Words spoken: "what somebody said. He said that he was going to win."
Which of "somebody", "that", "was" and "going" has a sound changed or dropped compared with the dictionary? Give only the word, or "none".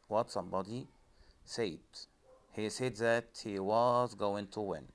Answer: none